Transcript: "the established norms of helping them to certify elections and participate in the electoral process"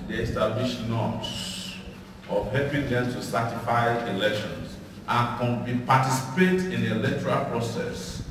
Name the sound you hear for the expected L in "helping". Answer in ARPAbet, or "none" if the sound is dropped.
none